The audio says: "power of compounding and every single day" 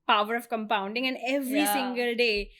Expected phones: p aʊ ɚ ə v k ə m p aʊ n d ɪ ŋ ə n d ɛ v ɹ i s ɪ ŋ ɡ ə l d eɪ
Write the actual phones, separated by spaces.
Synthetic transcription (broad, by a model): p aʊ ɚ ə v k ə m p aʊ n d ɪ ŋ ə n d ɛ v ɹ i s ɪ ŋ ɡ ə l d eɪ